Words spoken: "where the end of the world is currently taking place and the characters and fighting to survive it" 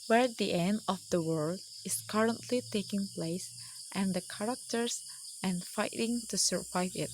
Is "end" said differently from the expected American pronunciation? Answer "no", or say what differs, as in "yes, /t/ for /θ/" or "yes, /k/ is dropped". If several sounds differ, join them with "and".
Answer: no